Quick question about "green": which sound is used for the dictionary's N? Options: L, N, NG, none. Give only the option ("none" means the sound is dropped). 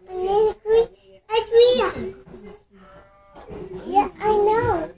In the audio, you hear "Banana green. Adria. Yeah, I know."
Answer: none